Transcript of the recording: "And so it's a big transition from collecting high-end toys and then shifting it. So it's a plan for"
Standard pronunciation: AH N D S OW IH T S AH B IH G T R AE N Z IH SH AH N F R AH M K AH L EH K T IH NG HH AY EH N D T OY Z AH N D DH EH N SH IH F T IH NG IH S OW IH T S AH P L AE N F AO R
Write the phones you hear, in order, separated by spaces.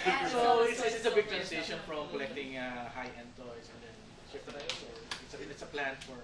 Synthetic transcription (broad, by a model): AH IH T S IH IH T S AH B IH G T R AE N S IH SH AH N F R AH M K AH L EH K T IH NG HH AY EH N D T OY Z AH N D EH N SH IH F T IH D IH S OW IH T S AH P L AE N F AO R